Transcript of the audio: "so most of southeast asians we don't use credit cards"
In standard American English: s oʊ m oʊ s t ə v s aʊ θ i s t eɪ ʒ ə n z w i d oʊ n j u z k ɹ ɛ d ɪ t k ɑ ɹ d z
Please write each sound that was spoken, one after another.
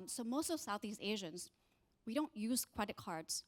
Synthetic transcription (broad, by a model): s oʊ m oʊ s t ə v s aʊ θ i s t eɪ ʒ ə n z w i d oʊ n j u z k ɹ ɛ d ɪ t k ɑ ɹ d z